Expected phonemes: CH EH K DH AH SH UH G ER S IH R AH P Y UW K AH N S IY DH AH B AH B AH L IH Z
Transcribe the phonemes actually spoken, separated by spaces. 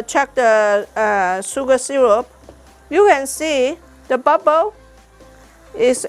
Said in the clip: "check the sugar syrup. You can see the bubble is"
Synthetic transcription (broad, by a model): CH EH K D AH S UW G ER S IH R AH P Y UW K AH N S IY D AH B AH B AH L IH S